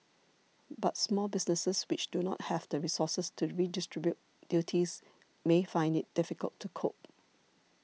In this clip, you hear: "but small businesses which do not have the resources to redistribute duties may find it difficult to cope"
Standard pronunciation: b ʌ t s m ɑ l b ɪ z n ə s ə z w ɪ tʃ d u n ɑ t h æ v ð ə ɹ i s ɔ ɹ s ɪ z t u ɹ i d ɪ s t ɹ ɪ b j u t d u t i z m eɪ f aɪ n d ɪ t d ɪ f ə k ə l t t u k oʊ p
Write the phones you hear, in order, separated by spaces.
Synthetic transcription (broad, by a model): b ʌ t s m ɑ l b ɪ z n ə s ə s w ɪ tʃ d u n ɑ t h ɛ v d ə ɹ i s ɔ s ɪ s t u ɹ i d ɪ s t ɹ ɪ b j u t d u t i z m eɪ f aɪ n d ɪ t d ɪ f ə k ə l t t u k oʊ p